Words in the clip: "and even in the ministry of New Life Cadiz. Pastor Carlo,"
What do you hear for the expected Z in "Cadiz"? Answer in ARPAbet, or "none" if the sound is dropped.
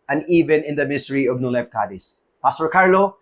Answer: S